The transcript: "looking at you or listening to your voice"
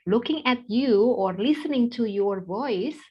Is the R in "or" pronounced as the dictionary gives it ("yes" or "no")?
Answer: yes